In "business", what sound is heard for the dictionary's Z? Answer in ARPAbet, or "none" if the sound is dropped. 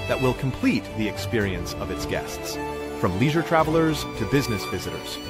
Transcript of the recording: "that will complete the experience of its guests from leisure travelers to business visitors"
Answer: Z